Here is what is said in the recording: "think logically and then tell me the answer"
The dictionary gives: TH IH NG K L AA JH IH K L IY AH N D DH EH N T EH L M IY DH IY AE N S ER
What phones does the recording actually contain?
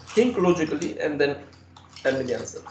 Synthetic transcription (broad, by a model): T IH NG K L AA JH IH K L IY AH N D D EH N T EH N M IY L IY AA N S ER